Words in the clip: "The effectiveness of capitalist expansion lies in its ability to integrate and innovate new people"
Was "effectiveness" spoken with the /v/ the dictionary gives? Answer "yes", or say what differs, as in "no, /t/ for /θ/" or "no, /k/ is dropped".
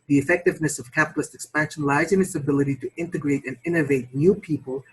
yes